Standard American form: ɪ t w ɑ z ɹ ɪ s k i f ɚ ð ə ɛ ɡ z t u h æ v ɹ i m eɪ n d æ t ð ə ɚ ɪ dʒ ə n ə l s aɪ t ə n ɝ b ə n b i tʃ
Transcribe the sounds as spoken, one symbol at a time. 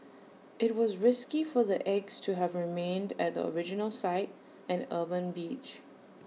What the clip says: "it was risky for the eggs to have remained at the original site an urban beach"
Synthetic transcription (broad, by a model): ɪ t w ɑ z ɹ ɪ s k i f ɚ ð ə ɛ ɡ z t u h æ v ɹ i m eɪ n d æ t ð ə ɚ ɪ dʒ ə n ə l s aɪ t ə n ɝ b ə n b i tʃ